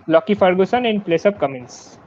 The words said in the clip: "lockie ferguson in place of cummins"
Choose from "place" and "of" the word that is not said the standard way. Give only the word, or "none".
of